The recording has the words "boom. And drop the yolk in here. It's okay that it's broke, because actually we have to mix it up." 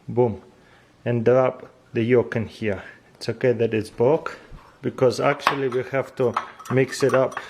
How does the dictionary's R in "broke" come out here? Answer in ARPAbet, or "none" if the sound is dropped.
none